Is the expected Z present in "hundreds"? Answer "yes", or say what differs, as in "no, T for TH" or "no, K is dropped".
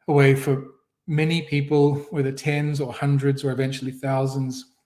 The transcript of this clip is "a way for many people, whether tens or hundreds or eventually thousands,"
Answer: yes